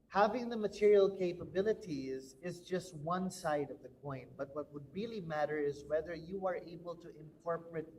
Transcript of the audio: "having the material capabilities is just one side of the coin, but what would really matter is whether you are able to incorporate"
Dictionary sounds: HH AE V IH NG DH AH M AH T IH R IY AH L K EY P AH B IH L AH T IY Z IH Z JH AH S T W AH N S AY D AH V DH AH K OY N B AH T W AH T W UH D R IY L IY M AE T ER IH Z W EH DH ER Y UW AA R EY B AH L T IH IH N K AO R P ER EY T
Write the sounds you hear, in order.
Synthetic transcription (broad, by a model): HH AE V IH NG DH AH M AH T IH R IY AH L K EY P AH B IH L AH T IY Z IH Z JH AH S T W AH N S AY D AH V DH AH K OY N B AH T W AH T W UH D R IY L IY M AE T ER IH Z W EH DH ER Y UW AA R EY B AH L T IH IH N K AO R P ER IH T